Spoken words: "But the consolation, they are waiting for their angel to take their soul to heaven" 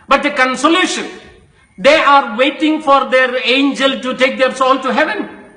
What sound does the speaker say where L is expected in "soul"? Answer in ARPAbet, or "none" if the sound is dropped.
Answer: N